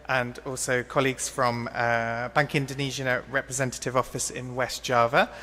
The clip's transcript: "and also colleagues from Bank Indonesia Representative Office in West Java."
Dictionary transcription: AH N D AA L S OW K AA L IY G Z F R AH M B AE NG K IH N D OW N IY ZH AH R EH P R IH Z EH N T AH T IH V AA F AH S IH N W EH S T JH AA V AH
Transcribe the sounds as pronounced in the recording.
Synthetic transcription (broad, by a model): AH N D AA L S OW K AA L IY G Z F R AH M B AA NG K IH N D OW N IY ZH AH R EH P R IH Z EH N T AH T IH V AA F AH S IH N W EH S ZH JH AA V AH